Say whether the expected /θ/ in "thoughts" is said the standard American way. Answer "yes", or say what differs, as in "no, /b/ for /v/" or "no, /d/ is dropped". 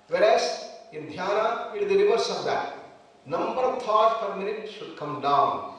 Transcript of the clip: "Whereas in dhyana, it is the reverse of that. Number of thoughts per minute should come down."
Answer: no, /t/ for /θ/